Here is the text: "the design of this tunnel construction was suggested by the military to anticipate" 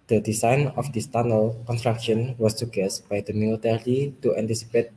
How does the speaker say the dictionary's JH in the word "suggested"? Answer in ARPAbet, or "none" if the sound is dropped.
none